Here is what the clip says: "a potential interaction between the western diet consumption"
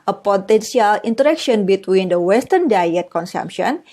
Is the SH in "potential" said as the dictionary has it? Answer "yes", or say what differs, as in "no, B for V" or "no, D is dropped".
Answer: no, S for SH